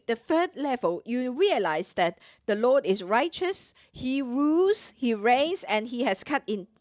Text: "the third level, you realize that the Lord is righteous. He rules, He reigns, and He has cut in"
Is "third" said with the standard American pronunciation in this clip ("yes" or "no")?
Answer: no